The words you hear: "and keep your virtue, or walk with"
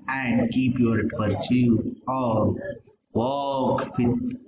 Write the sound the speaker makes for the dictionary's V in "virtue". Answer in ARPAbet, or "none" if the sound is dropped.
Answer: P